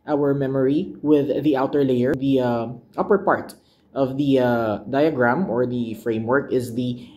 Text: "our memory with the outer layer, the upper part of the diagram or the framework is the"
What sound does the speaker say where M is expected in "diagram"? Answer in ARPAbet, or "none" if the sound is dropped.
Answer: M